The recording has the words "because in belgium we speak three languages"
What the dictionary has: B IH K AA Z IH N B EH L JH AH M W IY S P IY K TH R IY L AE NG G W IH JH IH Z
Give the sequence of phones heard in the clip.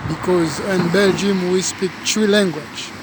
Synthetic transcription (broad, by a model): B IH K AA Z IH N B EH L JH AH M W IY S P IY K T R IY L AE NG G W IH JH